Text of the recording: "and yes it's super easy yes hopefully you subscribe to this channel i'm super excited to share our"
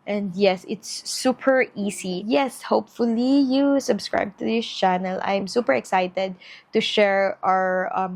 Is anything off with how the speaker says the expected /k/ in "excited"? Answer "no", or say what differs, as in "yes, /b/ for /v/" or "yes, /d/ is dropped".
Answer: no